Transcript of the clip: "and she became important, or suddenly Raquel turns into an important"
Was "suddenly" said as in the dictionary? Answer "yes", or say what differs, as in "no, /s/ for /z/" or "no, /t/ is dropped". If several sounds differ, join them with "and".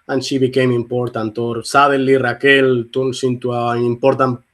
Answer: no, /n/ is dropped